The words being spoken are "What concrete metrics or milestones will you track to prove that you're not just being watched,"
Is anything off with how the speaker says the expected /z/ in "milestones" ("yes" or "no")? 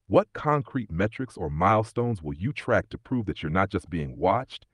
no